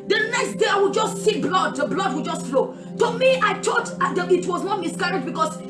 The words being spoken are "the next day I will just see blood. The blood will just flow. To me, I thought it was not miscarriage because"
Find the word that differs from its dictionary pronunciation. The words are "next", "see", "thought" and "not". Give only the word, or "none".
thought